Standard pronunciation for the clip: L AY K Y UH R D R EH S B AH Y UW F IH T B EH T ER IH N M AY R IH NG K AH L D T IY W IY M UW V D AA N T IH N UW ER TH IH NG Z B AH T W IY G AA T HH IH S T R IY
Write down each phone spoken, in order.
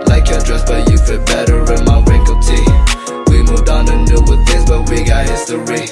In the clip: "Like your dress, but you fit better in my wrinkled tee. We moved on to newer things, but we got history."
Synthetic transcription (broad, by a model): L AY K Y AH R D R EH S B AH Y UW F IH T B EH T ER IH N M AY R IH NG K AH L T IY W IY M UW V D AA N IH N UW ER TH IH NG Z B AH T W IY G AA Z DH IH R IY